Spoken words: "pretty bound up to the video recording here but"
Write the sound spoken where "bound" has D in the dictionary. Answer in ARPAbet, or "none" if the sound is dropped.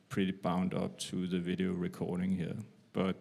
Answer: D